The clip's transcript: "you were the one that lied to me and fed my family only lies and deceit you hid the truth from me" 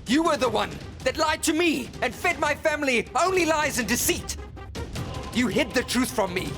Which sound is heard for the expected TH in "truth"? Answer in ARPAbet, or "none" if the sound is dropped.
TH